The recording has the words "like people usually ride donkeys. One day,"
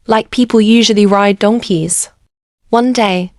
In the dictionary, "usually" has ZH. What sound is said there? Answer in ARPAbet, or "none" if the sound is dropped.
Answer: ZH